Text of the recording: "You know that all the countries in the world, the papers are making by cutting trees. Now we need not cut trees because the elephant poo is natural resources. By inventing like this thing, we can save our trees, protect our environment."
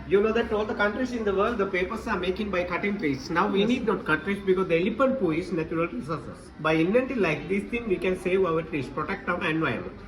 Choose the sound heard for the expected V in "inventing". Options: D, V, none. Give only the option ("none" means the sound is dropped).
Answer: none